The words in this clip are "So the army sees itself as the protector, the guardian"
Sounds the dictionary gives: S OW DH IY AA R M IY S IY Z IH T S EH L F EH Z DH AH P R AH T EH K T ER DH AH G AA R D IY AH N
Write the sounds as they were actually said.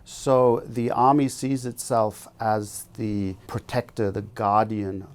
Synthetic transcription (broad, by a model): S OW DH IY AA R M IY S IY Z IH T S EH L F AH Z DH AH P R AH T EH K T ER DH AH G AA R D IY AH N